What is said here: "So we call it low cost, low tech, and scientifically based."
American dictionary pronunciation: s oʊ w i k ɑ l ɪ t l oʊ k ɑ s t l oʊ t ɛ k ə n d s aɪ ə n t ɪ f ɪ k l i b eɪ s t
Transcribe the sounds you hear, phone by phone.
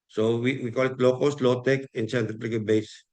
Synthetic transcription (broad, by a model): s oʊ w i k ɑ l ɪ t l oʊ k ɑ s t l oʊ t ɛ k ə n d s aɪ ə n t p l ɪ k i b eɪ s